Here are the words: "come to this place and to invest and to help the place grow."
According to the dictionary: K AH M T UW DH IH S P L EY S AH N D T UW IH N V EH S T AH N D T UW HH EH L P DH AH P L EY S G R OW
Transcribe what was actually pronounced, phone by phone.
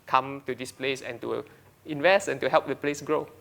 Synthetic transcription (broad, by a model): K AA M T UW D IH S P L EY S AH N T UW IH N V EH S T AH N T UW HH EH L P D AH P L EY S G R OW